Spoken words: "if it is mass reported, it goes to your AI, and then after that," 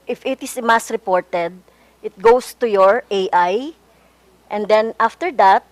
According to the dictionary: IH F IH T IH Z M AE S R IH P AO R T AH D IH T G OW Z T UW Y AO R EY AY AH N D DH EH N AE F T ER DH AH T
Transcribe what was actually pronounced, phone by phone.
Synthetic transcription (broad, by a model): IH F IH T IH S M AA S R IH P AO R T AH D IH T G OW S T UW Y AO R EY AY AH N D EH N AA F T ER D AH T